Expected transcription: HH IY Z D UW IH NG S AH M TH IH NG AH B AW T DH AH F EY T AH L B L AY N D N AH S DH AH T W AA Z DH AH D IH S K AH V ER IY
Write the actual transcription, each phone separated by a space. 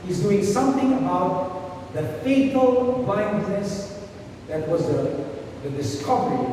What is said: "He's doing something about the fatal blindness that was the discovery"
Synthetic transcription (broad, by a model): HH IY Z D UW IH NG S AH M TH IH NG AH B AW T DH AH F EY T AH L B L AY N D N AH S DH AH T W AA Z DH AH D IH S K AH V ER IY